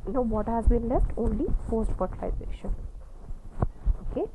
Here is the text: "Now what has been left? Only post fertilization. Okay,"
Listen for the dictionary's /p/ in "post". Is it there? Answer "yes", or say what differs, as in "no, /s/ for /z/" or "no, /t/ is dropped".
no, /f/ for /p/